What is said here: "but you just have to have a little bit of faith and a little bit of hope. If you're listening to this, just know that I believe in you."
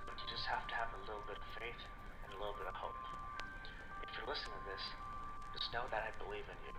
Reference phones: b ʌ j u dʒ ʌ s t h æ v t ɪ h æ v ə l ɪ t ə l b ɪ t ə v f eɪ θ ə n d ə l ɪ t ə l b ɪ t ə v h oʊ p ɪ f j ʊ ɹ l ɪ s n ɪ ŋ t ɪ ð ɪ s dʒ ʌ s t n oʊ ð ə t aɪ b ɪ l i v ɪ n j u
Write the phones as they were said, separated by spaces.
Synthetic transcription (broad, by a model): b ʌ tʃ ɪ dʒ ʌ s t h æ f t ɪ v ə l ɪ t l b ɪ t ə v f eɪ θ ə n ə l ɪ t l b ɪ t ə v h oʊ p ɪ f j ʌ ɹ l ɪ s ɪ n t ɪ ð ɪ s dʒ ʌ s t n oʊ ð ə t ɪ b ɪ l i v ɪ n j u